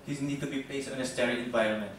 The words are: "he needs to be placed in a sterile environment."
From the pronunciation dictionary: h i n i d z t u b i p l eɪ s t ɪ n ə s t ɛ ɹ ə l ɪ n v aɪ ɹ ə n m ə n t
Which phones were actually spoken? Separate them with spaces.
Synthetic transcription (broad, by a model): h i n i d t u b i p eɪ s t ɪ n ə s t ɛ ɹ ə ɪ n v aɪ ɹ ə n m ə n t